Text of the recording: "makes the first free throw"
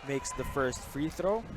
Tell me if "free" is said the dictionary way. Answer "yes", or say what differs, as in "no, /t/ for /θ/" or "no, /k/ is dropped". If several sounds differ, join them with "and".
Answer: yes